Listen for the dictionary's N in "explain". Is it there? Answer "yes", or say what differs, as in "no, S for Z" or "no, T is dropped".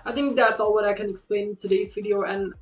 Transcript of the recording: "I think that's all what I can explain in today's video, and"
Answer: no, N is dropped